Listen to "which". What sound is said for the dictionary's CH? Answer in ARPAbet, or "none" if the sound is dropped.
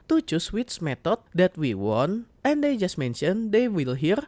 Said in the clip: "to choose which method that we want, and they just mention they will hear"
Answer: S